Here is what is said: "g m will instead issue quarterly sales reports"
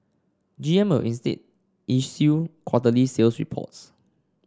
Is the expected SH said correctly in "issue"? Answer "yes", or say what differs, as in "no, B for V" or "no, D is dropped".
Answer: no, S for SH